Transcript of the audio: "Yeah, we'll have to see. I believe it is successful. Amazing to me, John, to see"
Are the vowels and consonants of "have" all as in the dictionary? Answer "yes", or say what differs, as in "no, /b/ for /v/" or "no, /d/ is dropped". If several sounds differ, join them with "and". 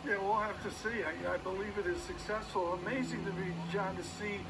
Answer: no, /f/ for /v/